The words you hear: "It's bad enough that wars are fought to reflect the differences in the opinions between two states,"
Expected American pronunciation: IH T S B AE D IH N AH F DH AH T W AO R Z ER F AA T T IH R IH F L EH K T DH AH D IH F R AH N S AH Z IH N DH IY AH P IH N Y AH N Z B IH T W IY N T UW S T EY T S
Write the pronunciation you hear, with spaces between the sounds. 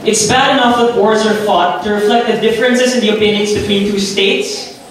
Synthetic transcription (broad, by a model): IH T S B AE D IH N AH F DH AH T W AO R Z ER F AA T T IH R IH F L EH K T DH AH D IH F R AH N S AH Z IH N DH IY AH P IH N Y AH N Z B IH T W IY N T UW S T EY T S